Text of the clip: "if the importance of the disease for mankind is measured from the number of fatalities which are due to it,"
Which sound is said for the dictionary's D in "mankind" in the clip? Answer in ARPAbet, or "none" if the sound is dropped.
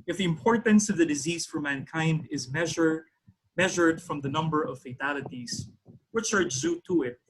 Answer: D